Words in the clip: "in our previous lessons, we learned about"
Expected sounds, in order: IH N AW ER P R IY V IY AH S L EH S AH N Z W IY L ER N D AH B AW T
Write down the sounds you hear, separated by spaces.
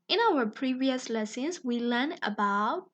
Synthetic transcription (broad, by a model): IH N AW ER P R IY V IY AH S L EH S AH N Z W IY L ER N AH B AW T